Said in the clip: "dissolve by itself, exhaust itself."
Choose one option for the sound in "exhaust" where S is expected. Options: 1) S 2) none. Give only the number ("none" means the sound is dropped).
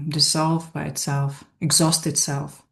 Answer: 1